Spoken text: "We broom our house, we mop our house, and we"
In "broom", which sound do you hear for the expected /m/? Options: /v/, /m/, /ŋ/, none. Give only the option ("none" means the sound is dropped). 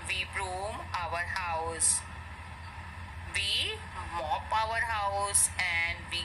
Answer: /m/